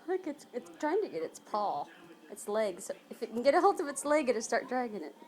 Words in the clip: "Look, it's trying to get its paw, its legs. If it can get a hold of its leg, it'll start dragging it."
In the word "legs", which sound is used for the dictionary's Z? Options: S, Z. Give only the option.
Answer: S